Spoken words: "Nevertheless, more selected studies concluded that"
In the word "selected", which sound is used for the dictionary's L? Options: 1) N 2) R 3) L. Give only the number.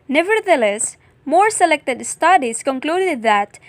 3